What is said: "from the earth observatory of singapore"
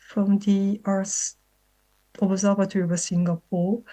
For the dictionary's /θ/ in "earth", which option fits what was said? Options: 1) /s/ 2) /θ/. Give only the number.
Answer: 1